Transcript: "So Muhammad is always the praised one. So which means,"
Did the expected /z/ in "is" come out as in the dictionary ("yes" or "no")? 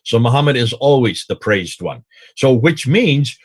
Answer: yes